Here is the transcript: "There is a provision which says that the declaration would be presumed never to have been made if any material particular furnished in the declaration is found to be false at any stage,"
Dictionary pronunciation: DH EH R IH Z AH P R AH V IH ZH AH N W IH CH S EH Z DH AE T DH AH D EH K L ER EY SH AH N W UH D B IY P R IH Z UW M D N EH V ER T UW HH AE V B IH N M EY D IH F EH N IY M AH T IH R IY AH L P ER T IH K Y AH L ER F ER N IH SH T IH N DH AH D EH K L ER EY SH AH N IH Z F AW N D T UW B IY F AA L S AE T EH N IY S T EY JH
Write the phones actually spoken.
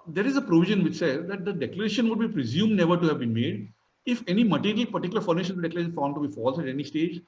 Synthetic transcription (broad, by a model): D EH R IH Z AH P R AH V IH ZH AH N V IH CH S EH Z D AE T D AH D EH K L ER EY SH AH N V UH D B IY P R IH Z UW M D N EH V ER T UW HH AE V B IH N M EY D IH F EH N IY M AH T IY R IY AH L P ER T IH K Y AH L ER F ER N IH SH IH N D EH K L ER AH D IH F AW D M T UW B IY F AA L S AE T EH N IY S T EY JH